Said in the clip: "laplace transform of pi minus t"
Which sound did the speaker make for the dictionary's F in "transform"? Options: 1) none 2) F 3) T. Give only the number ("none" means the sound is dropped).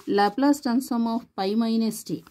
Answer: 1